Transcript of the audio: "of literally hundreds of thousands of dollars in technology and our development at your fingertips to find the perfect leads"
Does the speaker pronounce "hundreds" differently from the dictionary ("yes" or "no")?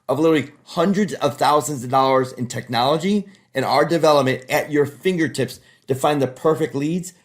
no